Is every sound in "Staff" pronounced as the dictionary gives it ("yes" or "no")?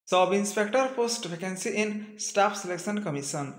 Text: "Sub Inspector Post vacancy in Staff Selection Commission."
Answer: no